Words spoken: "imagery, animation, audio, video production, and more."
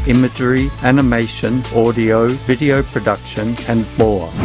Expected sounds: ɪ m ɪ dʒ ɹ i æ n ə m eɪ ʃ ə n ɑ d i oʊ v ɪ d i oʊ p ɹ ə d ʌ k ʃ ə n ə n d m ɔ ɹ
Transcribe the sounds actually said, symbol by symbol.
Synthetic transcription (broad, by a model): ɪ m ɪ dʒ ɹ i æ n ə m eɪ ʃ ə n ɑ d i oʊ v ɪ d i oʊ p ɹ ə d ʌ k ʃ ə n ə n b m ɔ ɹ